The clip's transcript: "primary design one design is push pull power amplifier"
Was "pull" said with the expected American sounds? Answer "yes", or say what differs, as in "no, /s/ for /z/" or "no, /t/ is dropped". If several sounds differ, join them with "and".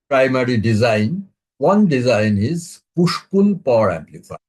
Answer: no, /n/ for /l/